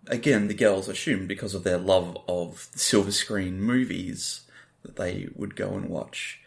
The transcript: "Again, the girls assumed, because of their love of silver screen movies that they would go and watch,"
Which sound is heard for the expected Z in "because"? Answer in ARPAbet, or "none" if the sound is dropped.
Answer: Z